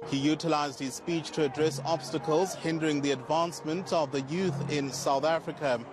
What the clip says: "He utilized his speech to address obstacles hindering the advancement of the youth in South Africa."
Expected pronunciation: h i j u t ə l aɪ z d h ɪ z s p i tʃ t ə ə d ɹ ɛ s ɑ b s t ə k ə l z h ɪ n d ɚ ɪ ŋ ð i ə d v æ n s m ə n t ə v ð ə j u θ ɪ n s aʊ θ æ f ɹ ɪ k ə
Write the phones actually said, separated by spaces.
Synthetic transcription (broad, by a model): h i j u t ə l aɪ z d h ɪ z s p i tʃ t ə ə d ɹ ɛ s ɑ b s t ə k ə l z h ɪ n d ɚ ɪ ŋ ð i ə d v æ n s m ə n t ə v ð ə j u θ ɪ n s aʊ θ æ f ɹ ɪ k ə